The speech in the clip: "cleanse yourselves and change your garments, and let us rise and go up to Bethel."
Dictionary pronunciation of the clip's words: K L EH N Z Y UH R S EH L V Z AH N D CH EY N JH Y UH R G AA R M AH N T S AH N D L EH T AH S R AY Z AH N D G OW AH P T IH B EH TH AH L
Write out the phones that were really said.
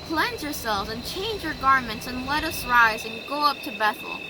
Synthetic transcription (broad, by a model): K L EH N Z Y UH R S EH L V Z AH N CH EY N JH Y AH R G AA R M AH N T S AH N L EH T AH S R AY Z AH N G OW AH P T IH B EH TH L